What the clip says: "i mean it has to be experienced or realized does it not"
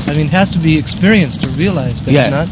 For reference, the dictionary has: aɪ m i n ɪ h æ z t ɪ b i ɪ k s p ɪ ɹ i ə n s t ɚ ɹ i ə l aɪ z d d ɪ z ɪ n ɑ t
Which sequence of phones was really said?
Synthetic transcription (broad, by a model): aɪ m i n h æ z t ɪ b i ɪ k s p ɪ ɹ i ə n s t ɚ ɹ i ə l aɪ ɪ z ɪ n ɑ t